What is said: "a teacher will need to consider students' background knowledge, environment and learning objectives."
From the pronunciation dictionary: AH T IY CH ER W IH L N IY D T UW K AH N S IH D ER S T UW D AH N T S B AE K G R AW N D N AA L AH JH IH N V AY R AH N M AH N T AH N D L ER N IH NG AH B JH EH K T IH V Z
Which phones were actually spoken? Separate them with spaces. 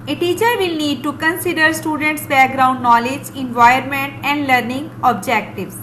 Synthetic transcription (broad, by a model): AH T IY CH ER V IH L N IY D T UW K AH N S IH D ER S T UW D AH N T S B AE K G R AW N D N AA L AH JH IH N V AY AH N M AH N T AH N D L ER N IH NG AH B JH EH K T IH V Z